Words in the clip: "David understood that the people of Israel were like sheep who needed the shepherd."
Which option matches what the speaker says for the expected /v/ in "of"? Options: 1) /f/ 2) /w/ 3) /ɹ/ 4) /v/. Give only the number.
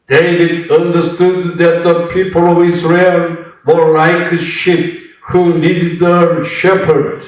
4